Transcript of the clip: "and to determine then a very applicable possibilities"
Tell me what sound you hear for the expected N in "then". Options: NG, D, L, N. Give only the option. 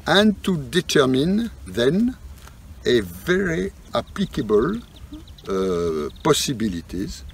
N